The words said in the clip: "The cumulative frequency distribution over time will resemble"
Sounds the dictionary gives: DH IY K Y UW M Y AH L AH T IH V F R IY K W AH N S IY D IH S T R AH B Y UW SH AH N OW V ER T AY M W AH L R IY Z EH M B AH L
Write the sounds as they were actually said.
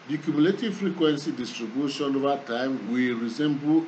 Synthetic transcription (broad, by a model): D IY K Y UW M Y AH L AH T IH V F R IY K W AH N S IY D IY S T R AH B Y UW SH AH N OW V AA T AY M W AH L R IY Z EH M B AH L